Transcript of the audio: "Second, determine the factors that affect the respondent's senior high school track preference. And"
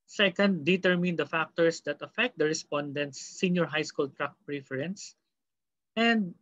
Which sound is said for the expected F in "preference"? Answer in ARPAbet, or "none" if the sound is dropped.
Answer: F